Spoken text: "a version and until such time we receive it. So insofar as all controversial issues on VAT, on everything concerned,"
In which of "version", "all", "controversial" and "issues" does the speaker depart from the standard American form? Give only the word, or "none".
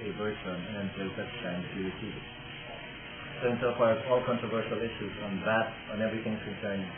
version